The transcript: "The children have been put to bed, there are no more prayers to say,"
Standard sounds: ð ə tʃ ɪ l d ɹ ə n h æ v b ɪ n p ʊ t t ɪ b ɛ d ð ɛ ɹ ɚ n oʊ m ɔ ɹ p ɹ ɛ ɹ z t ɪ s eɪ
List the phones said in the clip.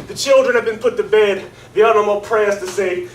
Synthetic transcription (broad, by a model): ð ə tʃ ɪ l d ɹ ə n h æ v b ɪ n p ʊ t t ɪ b ɛ d ð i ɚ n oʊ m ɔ l p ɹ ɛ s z t ɪ s eɪ